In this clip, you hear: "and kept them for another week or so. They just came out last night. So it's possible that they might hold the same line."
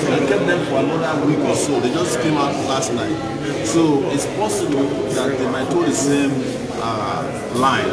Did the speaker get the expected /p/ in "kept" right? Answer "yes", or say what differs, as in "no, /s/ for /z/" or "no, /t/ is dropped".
no, /p/ is dropped